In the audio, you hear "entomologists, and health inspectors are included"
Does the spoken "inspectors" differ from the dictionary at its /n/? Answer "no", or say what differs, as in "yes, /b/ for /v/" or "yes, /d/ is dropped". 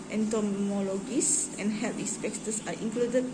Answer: yes, /n/ is dropped